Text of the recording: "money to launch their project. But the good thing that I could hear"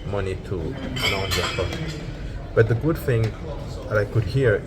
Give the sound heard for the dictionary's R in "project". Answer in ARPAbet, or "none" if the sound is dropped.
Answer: none